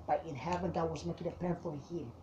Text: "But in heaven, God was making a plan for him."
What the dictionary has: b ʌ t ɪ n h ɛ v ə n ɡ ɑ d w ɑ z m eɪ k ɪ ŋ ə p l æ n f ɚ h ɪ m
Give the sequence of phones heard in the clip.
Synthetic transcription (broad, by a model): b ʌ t ɪ n h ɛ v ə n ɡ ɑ w ɑ z m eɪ k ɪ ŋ ə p ɛ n f ɚ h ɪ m